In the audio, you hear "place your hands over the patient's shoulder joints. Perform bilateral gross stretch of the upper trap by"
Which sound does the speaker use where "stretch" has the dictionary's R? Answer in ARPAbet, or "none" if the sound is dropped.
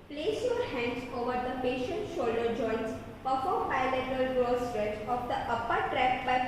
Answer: R